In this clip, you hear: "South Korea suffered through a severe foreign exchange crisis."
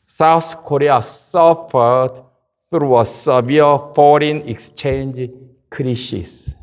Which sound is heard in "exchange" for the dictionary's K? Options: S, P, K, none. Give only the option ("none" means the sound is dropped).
K